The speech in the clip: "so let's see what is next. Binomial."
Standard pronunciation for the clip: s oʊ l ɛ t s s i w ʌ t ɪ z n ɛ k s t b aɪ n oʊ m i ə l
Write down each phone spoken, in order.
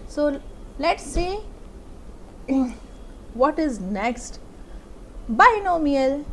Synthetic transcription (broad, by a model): s oʊ l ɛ t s s i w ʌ t ɪ z n ɛ k s t b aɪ n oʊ m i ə l